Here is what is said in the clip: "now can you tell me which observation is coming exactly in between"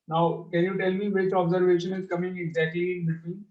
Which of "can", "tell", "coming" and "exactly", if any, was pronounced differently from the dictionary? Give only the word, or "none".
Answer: exactly